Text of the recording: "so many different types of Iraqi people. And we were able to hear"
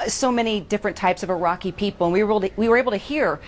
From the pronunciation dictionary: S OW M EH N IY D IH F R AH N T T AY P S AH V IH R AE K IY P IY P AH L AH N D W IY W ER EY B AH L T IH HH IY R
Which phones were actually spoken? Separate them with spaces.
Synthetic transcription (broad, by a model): S OW M EH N IY D IH F R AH N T T AY P S AH V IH R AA K IY P IY P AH W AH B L W IY W ER EY B L T IH HH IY R